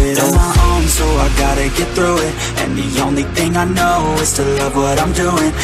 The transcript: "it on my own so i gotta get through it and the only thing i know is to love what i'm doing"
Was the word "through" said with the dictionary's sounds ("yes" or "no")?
yes